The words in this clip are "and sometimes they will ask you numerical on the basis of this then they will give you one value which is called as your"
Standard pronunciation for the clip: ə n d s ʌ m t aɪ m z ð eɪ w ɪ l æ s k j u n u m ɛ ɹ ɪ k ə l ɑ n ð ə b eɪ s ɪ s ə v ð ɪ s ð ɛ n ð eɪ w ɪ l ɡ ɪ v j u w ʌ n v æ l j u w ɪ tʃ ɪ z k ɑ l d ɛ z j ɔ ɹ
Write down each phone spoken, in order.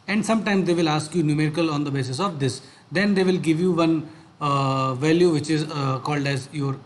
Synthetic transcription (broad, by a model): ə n d s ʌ m t aɪ m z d eɪ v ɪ l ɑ s k j u n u m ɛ ɹ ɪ k ə l ɑ n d ə b eɪ s ɪ s ə v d ɪ s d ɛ n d eɪ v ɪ l ɡ ɪ v j u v ʌ n v æ l j u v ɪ tʃ ɪ z k ɑ l d ɛ z j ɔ ɹ